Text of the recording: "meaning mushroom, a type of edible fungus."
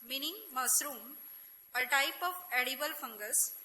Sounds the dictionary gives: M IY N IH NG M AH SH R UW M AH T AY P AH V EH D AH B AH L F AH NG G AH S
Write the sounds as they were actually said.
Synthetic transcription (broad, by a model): M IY N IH NG M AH S R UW M AH T AY P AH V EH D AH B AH L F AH NG G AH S